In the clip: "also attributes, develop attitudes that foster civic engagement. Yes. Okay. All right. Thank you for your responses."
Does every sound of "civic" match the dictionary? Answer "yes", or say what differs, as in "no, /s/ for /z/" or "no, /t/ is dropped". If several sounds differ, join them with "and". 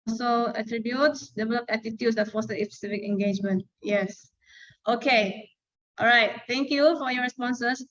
no, /f/ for /v/